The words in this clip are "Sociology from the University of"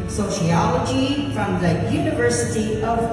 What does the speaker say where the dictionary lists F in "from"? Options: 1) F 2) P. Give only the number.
1